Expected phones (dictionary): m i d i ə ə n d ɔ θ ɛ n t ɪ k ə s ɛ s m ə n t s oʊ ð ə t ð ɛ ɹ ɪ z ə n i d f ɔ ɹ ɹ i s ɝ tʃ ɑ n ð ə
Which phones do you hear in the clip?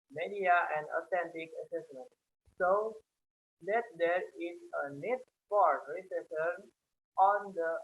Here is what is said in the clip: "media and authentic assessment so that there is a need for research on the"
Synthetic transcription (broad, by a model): m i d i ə ə n d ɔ t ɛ n t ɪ k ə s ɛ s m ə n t s oʊ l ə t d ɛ ɹ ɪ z ə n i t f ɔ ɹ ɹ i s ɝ ɑ n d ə